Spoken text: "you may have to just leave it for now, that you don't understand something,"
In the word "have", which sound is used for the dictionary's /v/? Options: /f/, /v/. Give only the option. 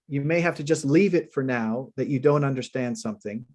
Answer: /f/